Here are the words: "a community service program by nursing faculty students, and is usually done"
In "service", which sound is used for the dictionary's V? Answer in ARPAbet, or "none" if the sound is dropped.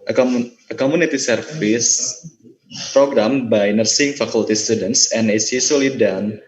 F